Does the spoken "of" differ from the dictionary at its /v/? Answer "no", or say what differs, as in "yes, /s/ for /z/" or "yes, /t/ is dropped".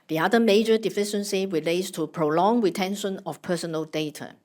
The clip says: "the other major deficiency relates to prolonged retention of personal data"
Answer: yes, /f/ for /v/